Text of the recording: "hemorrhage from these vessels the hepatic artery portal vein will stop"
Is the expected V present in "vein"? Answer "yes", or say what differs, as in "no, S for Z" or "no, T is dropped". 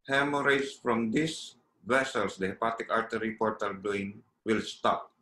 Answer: no, B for V